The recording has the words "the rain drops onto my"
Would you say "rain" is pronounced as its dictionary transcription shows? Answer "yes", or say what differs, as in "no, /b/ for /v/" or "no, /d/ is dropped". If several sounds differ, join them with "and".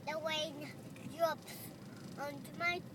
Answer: no, /w/ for /ɹ/